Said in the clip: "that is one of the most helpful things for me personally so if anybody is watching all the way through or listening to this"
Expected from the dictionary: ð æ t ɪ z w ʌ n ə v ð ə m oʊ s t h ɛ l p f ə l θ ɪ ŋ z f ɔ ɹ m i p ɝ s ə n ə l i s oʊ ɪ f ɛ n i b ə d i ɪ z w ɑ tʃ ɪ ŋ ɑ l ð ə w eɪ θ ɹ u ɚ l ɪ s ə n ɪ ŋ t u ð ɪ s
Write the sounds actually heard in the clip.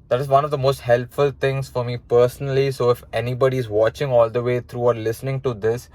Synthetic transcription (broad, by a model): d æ t ɪ z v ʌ n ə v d ə m oʊ s t h ɛ l p f ə l t ɪ ŋ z f ɔ ɹ m i p ɝ s ə n ə l i s oʊ ɪ f ɛ n i b ə d i ɪ z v ɑ tʃ ɪ ŋ ɑ l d ə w eɪ t ɹ u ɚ l ɪ s ə n ɪ ŋ t u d ɪ s